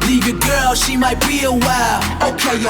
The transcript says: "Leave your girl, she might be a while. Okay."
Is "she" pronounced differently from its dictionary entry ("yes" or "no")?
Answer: no